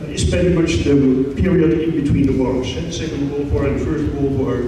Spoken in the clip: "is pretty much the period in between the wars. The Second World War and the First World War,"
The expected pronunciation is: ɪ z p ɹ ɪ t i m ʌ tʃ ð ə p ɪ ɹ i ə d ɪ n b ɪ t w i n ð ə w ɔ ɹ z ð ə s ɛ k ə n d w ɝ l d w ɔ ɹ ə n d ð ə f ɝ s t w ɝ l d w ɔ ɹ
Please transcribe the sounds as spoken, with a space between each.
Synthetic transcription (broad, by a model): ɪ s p ɛ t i m ʌ tʃ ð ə p ɪ ɹ i ə d ɪ n b ɪ t w i n ð ə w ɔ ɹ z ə s ɛ k ə n d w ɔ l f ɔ ɹ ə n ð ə f ɝ s t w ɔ l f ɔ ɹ